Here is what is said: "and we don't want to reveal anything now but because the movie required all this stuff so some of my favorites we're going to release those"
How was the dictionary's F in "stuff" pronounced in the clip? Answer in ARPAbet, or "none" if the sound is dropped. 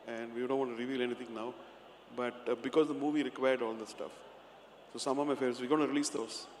F